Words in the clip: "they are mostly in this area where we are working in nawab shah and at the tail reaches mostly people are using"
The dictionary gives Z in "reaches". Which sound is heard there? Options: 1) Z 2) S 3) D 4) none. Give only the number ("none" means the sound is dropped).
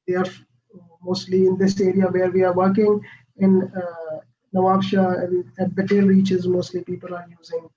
1